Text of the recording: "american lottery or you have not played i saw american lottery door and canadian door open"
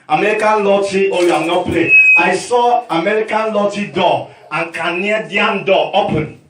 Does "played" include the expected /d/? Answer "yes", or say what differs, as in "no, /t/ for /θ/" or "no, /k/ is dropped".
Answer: no, /d/ is dropped